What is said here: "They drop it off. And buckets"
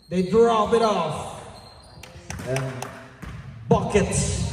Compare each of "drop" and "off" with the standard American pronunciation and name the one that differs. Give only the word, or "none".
drop